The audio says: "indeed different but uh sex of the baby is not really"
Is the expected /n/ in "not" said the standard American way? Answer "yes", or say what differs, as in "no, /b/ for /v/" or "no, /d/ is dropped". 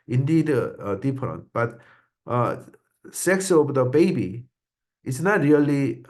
yes